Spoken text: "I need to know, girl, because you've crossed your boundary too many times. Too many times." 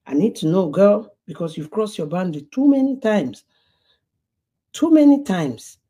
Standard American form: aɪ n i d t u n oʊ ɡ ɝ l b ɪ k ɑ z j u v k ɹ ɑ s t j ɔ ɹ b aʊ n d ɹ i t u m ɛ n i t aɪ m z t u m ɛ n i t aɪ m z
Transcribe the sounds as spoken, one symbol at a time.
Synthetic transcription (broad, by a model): aɪ n i d t u n oʊ ɡ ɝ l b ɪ k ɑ s j u v k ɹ ɑ s j ɔ b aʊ n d l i t u m ɛ n i t aɪ m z t u m ɛ n i t aɪ m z